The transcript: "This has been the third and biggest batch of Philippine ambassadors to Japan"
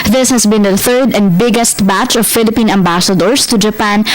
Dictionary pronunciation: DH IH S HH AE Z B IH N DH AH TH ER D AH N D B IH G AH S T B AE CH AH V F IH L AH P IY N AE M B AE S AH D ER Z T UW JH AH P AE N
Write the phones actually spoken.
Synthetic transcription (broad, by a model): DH IH S HH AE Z B IH N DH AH TH ER D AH N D B IH G AH S T B AE CH AH V F IH L AH P IY N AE M B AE S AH D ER S T UW JH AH P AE N